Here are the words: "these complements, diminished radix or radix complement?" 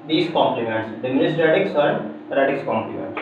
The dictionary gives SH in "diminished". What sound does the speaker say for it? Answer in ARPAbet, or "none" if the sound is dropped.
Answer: S